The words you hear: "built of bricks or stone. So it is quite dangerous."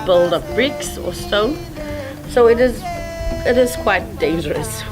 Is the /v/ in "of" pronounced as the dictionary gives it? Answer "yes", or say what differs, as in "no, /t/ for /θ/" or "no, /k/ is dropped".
no, /p/ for /v/